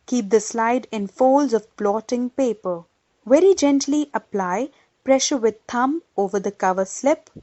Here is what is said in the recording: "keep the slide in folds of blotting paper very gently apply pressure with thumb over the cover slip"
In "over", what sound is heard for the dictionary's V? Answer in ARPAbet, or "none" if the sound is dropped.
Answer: V